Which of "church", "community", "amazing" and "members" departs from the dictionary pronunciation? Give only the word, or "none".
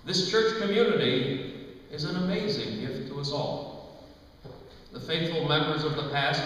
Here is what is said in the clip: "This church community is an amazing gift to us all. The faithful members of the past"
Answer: none